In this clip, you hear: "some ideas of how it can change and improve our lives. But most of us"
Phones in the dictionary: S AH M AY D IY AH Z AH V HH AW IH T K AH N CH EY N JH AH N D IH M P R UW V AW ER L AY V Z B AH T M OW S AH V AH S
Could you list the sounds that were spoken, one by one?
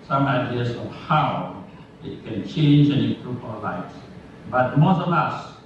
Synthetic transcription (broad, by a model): S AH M AY D IY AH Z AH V HH AW IH T K AH N CH EY N JH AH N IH P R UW P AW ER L AY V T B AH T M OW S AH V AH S